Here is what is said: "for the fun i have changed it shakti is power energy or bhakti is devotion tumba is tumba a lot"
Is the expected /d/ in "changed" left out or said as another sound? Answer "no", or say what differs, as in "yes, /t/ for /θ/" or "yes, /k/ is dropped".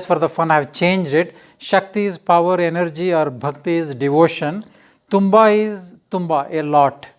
no